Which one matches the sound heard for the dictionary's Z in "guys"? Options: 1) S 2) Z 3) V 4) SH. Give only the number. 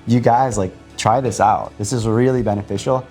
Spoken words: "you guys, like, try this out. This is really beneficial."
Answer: 2